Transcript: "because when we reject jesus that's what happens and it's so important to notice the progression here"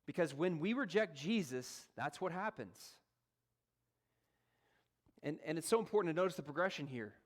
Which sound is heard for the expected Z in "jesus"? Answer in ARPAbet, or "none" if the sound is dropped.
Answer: Z